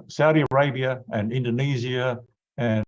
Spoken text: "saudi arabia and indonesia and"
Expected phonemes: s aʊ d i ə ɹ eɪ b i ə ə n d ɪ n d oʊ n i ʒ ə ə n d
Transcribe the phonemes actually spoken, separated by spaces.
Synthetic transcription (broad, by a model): s aʊ d i ə ɹ eɪ b i ə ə n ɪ n d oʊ n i z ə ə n